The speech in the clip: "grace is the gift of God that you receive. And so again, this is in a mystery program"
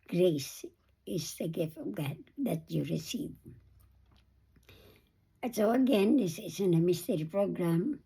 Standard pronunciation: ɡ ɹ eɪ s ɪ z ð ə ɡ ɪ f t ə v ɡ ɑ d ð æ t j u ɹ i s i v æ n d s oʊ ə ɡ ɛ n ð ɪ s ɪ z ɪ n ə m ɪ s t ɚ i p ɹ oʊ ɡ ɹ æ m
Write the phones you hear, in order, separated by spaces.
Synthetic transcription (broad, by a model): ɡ ɹ eɪ s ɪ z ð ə ɡ ɪ f t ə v ɡ ɑ d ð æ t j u ɹ i s i v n s oʊ ə ɡ ɛ n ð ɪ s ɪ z ɪ n ə m ɪ s t ɚ i p ɹ oʊ ɡ ɹ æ m